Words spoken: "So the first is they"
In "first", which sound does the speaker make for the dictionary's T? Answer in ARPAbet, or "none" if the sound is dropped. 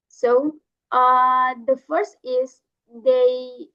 T